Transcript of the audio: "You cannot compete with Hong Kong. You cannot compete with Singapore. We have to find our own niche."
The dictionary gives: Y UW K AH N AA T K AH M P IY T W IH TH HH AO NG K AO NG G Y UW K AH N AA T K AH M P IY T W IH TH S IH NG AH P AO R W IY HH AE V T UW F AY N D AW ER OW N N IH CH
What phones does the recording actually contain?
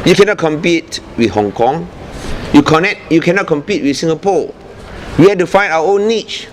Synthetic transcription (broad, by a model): Y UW K AH N AA T K AH M P IY T W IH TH HH AO NG K AO NG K Y UW K AH N AA T K AH M P IY T W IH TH S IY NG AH P AO W IY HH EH T UW F AY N AW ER OW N N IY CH